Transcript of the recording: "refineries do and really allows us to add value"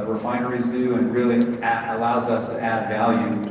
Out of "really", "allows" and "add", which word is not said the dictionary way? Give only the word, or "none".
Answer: none